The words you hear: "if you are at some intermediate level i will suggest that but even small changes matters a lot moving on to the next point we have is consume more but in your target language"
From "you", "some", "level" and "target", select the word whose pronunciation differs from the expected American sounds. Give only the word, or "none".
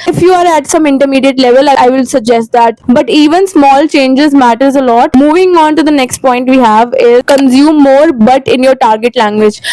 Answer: none